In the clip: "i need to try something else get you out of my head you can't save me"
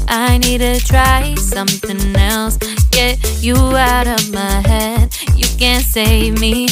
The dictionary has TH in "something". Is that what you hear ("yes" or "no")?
yes